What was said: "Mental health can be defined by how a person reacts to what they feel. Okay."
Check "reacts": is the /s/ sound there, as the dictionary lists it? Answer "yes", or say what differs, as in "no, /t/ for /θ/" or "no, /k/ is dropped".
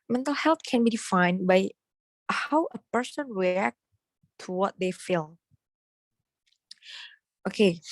no, /s/ is dropped